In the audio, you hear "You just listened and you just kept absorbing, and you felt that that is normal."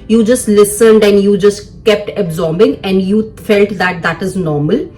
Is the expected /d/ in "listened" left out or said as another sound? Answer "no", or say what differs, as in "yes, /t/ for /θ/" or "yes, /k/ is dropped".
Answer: no